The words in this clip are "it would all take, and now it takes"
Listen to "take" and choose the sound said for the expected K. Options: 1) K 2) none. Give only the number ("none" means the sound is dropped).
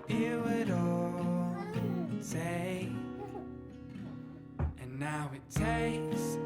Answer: 2